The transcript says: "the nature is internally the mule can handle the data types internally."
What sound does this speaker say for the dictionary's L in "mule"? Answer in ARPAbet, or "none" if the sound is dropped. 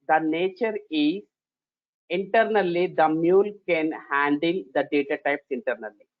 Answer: L